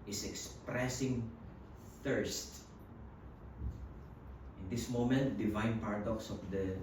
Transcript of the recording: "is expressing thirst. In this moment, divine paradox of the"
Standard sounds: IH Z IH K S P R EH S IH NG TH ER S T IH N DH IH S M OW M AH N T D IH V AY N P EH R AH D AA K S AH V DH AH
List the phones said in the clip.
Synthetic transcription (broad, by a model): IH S IH K S P R EH S IH NG TH ER S T IH N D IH S M OW M AH N T D IH V AY N P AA R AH D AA K S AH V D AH